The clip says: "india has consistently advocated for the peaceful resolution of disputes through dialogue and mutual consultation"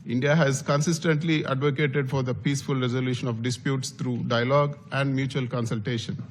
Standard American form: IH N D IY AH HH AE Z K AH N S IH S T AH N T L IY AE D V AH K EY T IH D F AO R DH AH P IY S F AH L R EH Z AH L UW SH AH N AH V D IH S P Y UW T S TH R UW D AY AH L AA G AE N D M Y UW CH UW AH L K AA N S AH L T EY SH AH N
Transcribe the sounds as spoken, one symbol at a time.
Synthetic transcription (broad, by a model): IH N D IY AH HH AE Z K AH N S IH S T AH N T L IY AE D V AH K EY T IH D F AO R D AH P IY S F AH L R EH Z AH L UW SH AH N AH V D IH S P Y UW T S T R UW D AY AH L AA G AE N D M Y UW CH UW AH L K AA N S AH L T EY SH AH N